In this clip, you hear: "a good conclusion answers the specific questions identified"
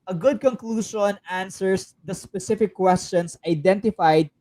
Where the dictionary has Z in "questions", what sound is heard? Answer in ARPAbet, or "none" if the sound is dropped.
S